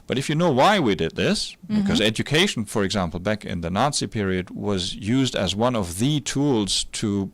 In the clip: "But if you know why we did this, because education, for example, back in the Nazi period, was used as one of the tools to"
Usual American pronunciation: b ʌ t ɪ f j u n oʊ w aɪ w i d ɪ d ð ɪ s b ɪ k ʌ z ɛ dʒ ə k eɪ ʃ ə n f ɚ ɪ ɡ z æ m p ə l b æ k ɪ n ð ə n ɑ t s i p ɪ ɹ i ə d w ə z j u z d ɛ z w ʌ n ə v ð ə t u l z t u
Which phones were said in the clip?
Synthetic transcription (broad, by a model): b ʌ t ɪ f j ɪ n oʊ w aɪ w i d ɪ d ð ɪ s b ɪ k ʌ z ɛ dʒ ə k eɪ ʃ n f ɚ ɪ ɡ z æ m p l b æ k ɪ n ð ə n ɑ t s i p ɪ ɹ i ə d w ə z j u z d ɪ z w ʌ n ə v ð ə t u l z t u